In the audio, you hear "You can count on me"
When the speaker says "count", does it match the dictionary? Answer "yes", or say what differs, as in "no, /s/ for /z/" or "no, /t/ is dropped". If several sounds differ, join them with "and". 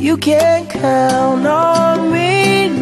no, /t/ is dropped